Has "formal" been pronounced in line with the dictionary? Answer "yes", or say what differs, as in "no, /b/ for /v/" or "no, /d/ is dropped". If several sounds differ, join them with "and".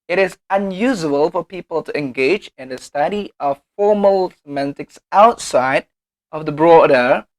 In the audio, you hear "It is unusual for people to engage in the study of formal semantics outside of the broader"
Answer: yes